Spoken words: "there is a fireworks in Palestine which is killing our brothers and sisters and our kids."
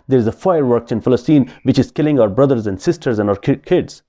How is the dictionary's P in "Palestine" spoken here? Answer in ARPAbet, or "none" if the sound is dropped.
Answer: F